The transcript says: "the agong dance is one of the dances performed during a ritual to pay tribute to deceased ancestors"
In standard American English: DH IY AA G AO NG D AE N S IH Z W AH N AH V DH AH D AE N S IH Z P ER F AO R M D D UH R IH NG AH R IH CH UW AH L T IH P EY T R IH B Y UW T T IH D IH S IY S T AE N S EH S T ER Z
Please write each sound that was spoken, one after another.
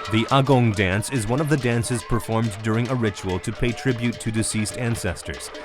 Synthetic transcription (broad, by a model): DH IY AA G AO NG D AE N S IH Z W AH N AH V DH AH D AE N S IH Z P ER F AO R M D D UH R IH NG AH R IH CH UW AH L T IH P EY T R IH B Y UW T T IH D IH S IY S T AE N S EH S T ER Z